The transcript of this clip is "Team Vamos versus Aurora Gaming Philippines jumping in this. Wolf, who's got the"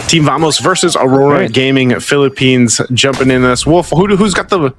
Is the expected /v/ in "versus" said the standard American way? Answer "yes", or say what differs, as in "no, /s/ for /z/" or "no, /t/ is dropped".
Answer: yes